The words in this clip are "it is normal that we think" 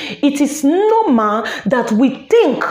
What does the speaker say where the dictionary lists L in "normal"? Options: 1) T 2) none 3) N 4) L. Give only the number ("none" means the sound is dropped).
3